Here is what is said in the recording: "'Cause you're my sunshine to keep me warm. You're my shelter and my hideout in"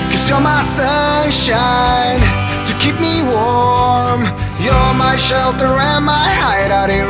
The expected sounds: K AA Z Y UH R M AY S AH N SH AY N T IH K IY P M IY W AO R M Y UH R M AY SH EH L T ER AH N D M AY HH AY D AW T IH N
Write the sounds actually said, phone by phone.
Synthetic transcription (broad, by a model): K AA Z Y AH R M AY S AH N SH AY N T IH K IY P M IY W AO M Y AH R M AY SH EH L T ER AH N M AY HH AY D AW T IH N